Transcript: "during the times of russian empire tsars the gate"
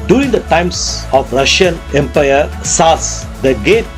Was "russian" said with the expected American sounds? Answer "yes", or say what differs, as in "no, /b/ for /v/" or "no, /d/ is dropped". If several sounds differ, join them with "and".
yes